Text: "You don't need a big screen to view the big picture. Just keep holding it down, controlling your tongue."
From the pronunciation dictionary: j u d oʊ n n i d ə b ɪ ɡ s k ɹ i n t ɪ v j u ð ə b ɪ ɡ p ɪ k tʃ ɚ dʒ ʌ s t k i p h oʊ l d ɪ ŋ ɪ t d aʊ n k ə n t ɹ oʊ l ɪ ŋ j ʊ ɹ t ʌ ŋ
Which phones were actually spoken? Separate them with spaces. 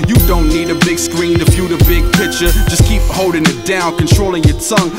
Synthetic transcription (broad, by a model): j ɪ d oʊ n n i d ə b ɪ ɡ s k ɹ i n t ɪ f j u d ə b ɪ ɡ p ɪ k tʃ ɚ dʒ ʌ s k i p h oʊ l d ɪ ŋ ɪ t d aʊ n k ə n t ɹ oʊ l ɪ ŋ j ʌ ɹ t ʌ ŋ